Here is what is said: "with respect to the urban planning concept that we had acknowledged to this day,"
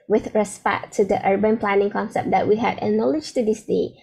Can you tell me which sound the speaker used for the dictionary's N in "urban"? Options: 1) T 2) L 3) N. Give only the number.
3